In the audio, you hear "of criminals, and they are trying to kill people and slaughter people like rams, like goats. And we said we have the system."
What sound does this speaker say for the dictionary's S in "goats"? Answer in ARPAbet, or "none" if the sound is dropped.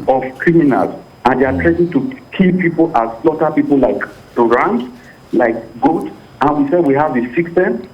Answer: none